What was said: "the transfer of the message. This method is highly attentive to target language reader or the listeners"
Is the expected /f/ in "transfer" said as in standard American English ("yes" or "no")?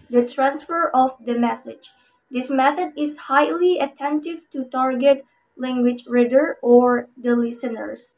yes